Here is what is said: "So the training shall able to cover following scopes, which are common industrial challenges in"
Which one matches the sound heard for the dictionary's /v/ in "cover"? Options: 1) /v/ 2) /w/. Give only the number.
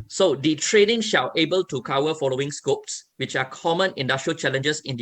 2